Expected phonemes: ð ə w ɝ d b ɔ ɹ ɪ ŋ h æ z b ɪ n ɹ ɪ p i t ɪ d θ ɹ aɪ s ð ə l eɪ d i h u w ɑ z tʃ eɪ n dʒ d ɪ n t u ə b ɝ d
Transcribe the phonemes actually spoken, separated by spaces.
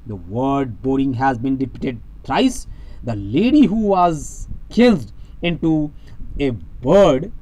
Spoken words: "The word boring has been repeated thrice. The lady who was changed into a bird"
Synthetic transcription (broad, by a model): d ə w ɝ d b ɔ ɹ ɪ ŋ h æ z b ɪ n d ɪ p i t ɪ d t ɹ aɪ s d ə l eɪ d i h u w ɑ z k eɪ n z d ɪ n t u ə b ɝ d